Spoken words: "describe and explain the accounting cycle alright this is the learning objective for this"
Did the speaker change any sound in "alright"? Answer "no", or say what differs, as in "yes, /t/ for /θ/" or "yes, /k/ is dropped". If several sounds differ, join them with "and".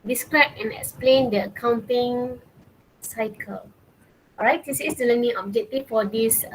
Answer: yes, /l/ is dropped